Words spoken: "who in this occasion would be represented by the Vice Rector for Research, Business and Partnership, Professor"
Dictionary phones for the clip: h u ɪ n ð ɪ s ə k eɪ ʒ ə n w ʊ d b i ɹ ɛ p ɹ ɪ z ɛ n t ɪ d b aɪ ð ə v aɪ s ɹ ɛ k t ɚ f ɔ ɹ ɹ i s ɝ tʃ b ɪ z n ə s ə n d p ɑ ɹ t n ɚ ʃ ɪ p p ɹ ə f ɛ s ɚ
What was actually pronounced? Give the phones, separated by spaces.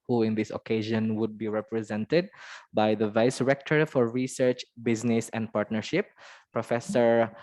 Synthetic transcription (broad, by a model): h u ɪ n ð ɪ s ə k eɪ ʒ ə n w ʊ d b i ɹ ɛ p ɹ ɪ z ɛ n t ɪ d b aɪ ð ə v aɪ s ɹ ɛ k t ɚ f ɔ ɹ ɹ i s ɝ tʃ b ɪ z n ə s ə n d p ɑ ɹ t n ɚ ʃ ɪ p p ɹ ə f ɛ s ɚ